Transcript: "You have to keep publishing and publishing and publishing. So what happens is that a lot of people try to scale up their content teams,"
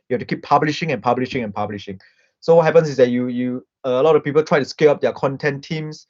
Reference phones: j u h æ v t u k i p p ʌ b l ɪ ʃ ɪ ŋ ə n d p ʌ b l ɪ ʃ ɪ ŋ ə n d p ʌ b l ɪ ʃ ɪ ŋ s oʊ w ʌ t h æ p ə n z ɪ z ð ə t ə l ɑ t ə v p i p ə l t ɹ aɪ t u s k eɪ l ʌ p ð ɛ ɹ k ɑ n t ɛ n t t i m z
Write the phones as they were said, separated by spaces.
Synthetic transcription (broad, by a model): j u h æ f t u k i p p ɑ b l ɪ ʃ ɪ ŋ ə n p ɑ b l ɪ ʃ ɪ ŋ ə n p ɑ b l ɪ ʃ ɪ ŋ s oʊ w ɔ t h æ p ə n s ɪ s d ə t ə l ɑ t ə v p i p ə l t ɹ aɪ t u s k eɪ l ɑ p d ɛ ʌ k ɑ n t ɛ n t t i m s